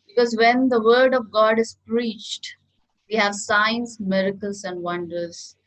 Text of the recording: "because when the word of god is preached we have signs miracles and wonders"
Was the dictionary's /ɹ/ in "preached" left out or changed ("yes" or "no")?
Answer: no